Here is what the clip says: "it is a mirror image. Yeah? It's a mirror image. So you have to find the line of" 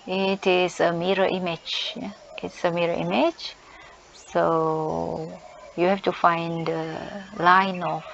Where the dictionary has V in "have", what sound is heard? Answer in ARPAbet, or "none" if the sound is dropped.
F